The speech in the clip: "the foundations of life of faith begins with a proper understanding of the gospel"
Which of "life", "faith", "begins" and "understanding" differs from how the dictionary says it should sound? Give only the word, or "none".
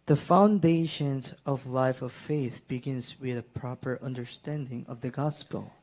none